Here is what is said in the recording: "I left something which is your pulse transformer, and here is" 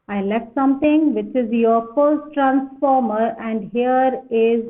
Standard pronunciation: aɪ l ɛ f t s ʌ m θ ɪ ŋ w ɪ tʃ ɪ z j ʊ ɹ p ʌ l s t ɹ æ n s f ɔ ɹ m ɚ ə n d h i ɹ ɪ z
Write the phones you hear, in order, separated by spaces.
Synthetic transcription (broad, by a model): aɪ l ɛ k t s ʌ m t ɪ ŋ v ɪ tʃ ɪ z j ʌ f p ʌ s t ɹ æ n s f ɔ ɹ m ɚ ə n d h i ɹ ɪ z